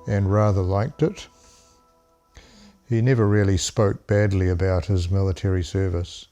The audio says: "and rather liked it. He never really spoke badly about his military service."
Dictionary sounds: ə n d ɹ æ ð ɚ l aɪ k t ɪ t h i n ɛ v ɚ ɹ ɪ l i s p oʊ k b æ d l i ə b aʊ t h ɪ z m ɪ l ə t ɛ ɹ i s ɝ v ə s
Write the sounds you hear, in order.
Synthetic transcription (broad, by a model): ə n ɹ æ ð ɚ l aɪ k t ɪ t h i n ɛ v ɚ ɹ ɪ l i s p oʊ k b æ d l i ə b aʊ t h ɪ z m ɪ l ə t ɛ ɹ i s ɝ v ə s